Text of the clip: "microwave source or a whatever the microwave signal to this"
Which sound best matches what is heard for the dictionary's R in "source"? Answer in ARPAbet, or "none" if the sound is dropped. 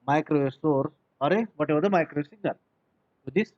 R